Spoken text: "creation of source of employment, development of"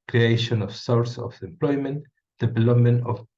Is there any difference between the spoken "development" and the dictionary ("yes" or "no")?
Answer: no